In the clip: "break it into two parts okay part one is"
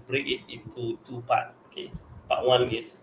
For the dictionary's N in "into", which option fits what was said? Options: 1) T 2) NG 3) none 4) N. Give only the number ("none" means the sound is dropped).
3